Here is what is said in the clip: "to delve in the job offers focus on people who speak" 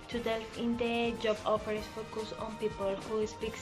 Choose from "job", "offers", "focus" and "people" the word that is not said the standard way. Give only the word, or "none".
offers